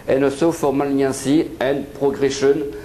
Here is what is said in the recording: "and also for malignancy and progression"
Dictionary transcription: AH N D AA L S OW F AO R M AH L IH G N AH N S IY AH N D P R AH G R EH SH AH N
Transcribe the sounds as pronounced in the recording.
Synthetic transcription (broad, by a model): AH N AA S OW F AO R M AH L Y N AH S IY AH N P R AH G R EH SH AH N